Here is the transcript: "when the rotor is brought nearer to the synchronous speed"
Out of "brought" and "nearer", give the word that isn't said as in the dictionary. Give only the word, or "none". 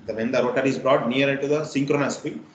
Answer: nearer